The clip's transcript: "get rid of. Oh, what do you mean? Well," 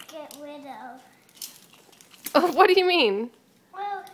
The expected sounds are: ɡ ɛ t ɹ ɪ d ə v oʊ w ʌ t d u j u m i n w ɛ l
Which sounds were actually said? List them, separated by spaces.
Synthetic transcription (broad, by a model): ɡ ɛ t w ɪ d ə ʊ oʊ w ʌ t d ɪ j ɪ m i n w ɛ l